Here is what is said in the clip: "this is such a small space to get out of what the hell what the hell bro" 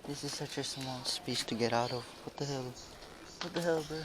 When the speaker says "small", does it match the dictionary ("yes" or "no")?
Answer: no